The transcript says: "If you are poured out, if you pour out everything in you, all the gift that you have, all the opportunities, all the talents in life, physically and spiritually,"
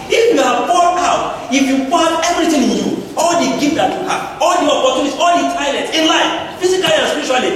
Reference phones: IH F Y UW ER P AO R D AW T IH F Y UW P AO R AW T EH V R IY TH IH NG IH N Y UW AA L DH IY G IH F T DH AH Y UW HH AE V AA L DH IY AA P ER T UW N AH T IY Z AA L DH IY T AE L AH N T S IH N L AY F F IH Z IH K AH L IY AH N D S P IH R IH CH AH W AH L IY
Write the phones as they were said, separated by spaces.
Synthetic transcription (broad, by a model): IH F Y UW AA F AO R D AW T IH F Y UW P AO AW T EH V R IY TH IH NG IH N Y UW AA L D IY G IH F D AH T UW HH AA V AA L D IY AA P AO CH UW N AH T IY AA L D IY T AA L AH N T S IH N L AY F F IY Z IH K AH L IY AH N S P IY R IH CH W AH L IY